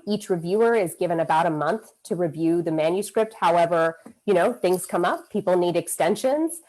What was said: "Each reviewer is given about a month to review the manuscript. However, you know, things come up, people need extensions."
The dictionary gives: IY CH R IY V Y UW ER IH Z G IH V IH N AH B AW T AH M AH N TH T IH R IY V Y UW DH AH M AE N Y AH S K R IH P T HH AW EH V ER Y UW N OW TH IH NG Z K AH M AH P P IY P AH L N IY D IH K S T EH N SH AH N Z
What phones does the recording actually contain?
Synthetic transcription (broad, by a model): IY CH R IY V Y UW ER IH Z G IH V IH N AH B AW T AH M AH N TH T IH R IY V Y UW DH AH M AE N Y AH S K R IH P T HH AW EH V ER Y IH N OW TH IH NG Z K AH M AH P P IY P L N IY D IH K S T EH N SH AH N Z